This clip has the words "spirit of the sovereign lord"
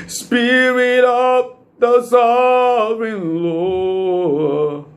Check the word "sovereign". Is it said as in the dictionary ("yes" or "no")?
no